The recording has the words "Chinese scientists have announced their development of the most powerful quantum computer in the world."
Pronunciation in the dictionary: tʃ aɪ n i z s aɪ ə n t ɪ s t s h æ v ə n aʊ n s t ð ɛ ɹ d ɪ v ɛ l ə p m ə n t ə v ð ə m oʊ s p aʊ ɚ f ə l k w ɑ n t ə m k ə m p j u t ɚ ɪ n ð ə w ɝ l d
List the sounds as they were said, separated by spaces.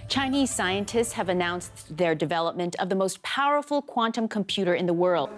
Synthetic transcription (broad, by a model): tʃ aɪ n i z s aɪ ə n t ɪ s t s h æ v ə n aʊ n s ð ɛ ɹ d ɪ v ɛ l ə p m ə n t ə v ð ə m oʊ s p aʊ ɚ f l k w ɑ n t ə m k ə m p j u t ɚ ɪ n ð ə w ɝ l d